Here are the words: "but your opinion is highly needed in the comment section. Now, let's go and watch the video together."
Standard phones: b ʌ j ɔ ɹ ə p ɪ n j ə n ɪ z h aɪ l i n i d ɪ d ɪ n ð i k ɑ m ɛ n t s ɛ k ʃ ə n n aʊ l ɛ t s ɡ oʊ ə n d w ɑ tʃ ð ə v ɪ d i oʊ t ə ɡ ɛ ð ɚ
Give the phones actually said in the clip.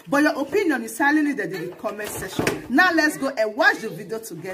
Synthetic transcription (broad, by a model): b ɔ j ɔ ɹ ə p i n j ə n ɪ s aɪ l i l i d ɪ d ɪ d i k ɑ m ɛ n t s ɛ ʃ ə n n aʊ l ɛ t s ɡ oʊ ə w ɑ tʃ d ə v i d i oʊ t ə ɡ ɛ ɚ